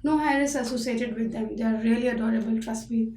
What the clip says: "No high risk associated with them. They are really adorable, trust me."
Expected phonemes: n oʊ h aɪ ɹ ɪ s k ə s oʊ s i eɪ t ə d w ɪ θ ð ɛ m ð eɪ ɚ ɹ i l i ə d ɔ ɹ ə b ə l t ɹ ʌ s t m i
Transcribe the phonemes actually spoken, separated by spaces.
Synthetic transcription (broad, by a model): n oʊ h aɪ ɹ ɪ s ə s oʊ s i eɪ t ə d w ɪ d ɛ m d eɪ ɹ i l i ə d ɔ ɹ ə b ə l t ɹ ʌ s t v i